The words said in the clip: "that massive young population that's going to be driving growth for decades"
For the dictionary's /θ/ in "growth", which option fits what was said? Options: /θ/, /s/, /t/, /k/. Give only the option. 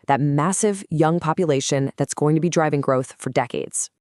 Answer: /θ/